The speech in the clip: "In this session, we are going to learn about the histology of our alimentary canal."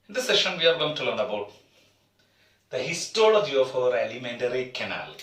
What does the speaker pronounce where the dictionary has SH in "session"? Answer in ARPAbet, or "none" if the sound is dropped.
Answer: SH